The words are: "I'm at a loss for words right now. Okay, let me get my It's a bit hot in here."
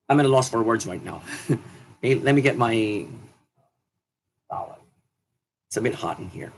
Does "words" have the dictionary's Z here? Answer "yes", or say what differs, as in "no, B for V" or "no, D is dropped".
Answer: yes